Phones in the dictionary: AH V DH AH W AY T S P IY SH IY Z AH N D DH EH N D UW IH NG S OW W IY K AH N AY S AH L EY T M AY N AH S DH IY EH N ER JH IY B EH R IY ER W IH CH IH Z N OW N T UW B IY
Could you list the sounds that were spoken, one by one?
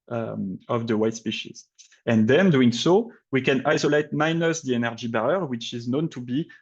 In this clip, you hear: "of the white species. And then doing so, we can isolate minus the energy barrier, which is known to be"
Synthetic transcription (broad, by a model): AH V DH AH W AY T S P IY SH IY Z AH N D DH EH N D UW IH NG S OW W IY K AH N AY S AH L EY T M AY N AH S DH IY EH N ER JH IY B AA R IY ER W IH CH IH Z N OW N T UW B IY